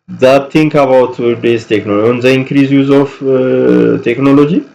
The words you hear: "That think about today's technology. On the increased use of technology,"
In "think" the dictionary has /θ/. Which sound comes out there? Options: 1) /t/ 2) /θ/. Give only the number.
1